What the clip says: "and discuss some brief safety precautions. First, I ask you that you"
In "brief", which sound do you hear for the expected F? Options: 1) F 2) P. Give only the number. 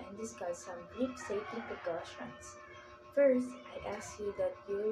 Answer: 2